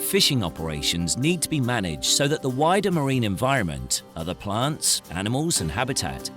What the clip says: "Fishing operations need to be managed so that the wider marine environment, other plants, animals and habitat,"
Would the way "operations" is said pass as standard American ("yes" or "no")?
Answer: yes